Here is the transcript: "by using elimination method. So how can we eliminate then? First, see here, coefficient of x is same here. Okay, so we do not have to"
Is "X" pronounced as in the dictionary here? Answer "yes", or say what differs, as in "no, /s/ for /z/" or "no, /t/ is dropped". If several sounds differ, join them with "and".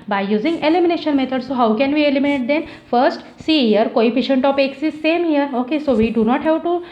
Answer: yes